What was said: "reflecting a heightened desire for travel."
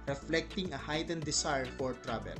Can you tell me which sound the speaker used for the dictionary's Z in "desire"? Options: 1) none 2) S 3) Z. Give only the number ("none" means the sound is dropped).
2